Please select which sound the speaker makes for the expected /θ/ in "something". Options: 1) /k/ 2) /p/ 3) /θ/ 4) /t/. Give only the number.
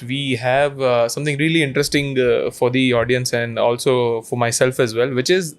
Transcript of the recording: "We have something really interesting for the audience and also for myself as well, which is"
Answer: 4